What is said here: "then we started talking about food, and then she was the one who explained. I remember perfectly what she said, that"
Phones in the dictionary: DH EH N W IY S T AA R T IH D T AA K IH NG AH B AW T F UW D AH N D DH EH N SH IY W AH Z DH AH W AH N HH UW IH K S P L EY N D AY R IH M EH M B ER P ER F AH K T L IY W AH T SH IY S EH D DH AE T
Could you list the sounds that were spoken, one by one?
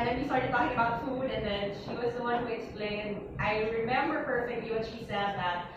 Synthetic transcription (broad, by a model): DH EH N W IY S T AA R T IH D T AA K IH NG AH B AW T F UW D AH N DH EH N SH IY W AH Z DH AH W AH N HH UW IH K S P L EY N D AY R IH M EH M B ER P ER F AH K T L IY W AH T SH IY S EH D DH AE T